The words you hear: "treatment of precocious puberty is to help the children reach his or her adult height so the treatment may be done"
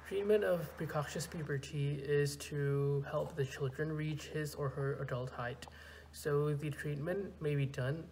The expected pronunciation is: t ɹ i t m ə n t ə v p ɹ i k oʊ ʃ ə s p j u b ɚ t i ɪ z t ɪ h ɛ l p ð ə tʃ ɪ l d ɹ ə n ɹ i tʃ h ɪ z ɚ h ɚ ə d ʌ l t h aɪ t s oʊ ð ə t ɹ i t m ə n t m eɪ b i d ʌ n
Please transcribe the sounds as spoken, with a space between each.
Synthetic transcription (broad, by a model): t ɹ i t m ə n t ə v p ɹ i k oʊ ʃ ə s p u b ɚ t i ɪ z t ɪ h ɛ l p ð ə tʃ ɪ l d ɹ ə n ɹ i tʃ h ɪ z ɚ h ɚ ə d ʌ l t h aɪ t s oʊ ð ə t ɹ i t m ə n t m eɪ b i d ʌ n